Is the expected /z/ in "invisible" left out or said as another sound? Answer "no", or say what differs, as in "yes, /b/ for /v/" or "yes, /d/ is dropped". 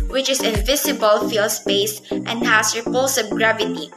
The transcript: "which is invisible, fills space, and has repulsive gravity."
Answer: yes, /s/ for /z/